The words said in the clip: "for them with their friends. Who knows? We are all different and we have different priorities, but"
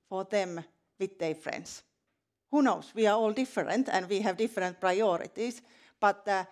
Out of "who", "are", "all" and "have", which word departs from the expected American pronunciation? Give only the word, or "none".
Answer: none